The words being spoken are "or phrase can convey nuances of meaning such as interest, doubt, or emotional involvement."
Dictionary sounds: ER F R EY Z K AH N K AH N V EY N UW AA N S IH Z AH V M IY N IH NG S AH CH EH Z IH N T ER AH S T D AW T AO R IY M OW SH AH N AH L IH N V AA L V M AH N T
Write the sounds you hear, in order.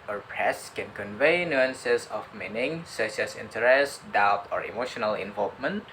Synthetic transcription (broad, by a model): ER P R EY S K AH N K AH N V EY N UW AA N S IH S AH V M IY N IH NG S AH S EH S IH N T ER AH S T D AW T AO R IY M OW SH AH N AH L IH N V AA L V M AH N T